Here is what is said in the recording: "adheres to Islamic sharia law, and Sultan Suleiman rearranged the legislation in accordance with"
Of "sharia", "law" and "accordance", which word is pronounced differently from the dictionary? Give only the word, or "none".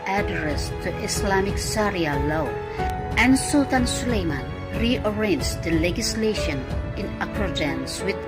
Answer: sharia